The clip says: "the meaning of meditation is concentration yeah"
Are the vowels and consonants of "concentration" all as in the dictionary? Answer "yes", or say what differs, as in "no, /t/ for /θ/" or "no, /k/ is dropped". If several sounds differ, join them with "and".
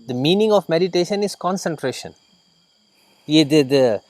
yes